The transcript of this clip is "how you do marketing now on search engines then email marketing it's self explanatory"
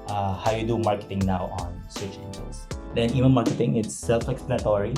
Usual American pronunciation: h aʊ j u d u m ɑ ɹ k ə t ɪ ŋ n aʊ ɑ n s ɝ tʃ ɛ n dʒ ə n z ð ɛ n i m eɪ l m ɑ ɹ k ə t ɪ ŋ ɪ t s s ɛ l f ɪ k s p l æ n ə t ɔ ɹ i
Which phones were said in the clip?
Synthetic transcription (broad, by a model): h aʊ j u d u m ɑ ɹ k ə t ɪ ŋ n aʊ ɑ n s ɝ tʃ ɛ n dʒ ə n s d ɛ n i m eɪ n m ɑ ɹ k ə t ɪ ŋ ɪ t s s ɛ l f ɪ k s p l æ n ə t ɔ ɹ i